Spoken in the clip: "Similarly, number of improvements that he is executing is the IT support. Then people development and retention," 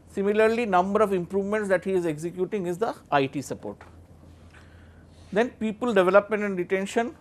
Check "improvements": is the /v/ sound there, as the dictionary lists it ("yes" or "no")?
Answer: yes